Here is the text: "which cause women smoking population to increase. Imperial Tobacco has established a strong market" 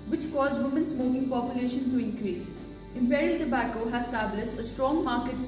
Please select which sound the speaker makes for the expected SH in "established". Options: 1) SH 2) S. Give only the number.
2